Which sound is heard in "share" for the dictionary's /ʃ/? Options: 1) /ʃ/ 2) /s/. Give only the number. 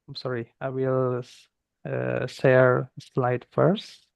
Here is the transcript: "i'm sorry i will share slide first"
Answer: 2